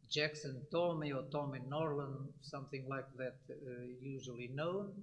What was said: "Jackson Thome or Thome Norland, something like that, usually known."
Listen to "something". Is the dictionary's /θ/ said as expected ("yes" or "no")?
yes